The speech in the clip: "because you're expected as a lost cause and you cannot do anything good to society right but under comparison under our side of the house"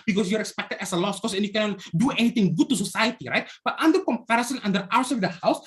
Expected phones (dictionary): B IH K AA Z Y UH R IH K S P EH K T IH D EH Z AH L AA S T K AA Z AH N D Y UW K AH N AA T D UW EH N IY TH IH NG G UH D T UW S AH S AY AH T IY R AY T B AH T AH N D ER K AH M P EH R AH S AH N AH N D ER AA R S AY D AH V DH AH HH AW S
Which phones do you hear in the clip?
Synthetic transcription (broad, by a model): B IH K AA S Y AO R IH K S P EH K T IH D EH S AH L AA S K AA S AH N Y UW K AH N AA T D UW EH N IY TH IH NG G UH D T UW S AH S AY AH T IY R AY T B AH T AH N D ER K AH M P EH R AH S AH N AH N D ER AA W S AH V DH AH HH AW S